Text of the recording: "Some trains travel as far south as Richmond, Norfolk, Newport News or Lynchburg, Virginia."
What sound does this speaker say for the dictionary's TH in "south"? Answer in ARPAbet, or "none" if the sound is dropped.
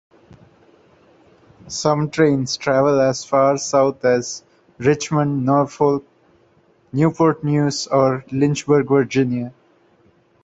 T